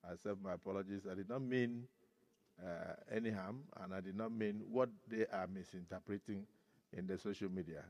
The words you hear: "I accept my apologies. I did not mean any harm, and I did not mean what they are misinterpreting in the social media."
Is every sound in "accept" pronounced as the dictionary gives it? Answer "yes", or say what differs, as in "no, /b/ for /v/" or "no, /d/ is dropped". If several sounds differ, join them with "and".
no, /k/ is dropped